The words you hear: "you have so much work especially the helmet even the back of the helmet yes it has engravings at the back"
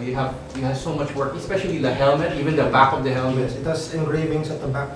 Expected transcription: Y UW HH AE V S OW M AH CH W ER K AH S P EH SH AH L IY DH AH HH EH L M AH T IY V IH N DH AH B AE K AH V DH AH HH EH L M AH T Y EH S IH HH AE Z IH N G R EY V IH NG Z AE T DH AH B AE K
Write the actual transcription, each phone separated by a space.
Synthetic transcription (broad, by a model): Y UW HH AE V S OW M AH CH W ER K AH S P EH SH AH L IY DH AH HH EH L M AH T IY V IH N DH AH B AE K AH V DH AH HH EH L M AH T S IH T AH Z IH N G R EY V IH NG S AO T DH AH B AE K